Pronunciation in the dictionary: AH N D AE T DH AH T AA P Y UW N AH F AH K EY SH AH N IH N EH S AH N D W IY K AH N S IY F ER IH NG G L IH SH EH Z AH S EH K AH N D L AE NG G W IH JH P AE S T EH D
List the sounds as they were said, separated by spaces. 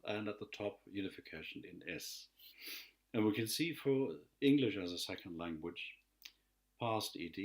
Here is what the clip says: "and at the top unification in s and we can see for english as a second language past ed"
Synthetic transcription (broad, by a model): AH N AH T DH AH T AA P Y UW N AH F AH K EY SH AH N IH N EH S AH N W IY K AH N S IY F ER IH NG G L IH SH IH Z AH S EH K AH N D L AE NG G W IH JH P AE S T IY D